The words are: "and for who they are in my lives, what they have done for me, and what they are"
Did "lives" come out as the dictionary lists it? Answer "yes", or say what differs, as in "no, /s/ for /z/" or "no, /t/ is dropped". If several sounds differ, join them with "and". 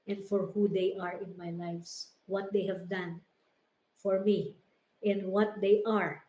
no, /s/ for /z/